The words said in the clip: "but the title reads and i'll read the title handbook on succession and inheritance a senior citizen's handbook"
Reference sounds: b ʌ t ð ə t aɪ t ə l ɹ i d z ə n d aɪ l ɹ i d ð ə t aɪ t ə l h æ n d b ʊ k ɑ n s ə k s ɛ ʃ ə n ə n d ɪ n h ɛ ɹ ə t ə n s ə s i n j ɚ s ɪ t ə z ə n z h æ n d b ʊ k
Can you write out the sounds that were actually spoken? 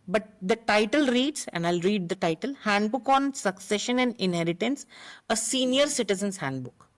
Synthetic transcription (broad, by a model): b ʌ t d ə t aɪ t ə l ɹ i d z ə n d aɪ l ɹ i d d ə t aɪ t ə l h æ n d b ʊ k ɑ n s ə k s ɛ ʃ ə n ə n d ɪ n h ɛ ɹ ə t ə n s ə s i n j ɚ s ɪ t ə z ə n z h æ n d b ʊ k